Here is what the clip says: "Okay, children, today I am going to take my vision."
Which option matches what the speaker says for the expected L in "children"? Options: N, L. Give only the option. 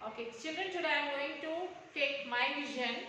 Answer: N